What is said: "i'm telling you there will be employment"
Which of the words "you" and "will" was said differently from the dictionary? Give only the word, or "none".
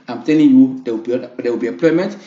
will